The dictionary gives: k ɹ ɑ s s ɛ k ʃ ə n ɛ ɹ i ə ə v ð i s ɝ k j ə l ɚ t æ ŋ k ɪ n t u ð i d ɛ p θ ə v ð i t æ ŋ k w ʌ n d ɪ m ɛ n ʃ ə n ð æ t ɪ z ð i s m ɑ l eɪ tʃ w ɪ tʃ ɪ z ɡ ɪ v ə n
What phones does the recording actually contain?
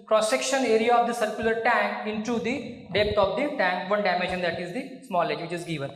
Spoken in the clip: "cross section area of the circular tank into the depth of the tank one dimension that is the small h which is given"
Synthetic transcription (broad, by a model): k ɹ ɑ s s ɛ k ʃ ə n ɛ ɹ i ə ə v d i s ɝ k j ə l ɚ t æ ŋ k ɪ n t u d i d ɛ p t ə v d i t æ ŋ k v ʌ n d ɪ m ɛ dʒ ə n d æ t ɪ z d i s m ɑ l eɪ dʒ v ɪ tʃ ɪ z ɡ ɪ v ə n